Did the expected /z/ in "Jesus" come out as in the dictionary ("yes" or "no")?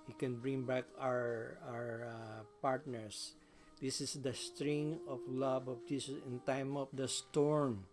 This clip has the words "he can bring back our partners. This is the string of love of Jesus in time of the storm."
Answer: no